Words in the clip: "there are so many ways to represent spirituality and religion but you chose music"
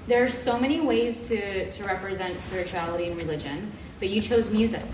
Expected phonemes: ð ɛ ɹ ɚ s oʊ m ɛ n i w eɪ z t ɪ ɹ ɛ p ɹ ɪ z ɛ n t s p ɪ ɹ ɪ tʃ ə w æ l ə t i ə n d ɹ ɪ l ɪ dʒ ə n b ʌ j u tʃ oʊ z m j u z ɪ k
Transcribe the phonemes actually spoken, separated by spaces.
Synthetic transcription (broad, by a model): ð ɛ ɹ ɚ s oʊ m ɛ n i w eɪ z t ɪ ɹ ɛ p ɹ ɪ z ɛ n t s p ɪ ɹ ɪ tʃ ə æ l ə t i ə n ɹ ɪ l ɪ dʒ ə n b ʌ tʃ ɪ tʃ oʊ z m j u z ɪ k